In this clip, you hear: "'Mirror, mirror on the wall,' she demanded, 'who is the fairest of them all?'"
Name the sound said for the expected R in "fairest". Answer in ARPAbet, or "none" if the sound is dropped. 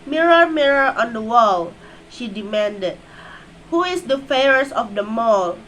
none